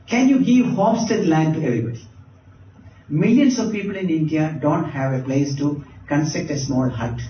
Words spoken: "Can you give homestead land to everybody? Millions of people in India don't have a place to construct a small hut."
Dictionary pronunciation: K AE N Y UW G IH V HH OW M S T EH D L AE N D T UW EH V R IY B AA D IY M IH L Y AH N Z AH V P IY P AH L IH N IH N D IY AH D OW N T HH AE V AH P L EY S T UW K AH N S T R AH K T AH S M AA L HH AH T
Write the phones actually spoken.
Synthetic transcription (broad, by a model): K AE N Y UW G IH V HH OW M S T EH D L AE N D T UW EH V R IY B AA D IY M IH L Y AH N S AH V P IY P AH L IH N IH N D IY AH D OW N T HH AE V AH P L EY S T UW K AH N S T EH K T AH S M AA L HH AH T